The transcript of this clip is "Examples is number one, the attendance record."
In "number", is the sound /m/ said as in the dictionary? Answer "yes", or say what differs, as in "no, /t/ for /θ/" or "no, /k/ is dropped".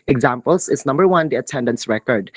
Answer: yes